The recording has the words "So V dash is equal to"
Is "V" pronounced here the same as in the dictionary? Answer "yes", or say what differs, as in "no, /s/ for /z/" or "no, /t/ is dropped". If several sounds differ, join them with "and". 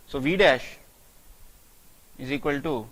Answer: yes